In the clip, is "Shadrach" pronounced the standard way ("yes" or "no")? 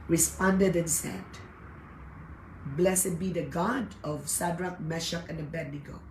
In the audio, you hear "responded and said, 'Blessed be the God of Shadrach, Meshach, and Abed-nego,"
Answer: no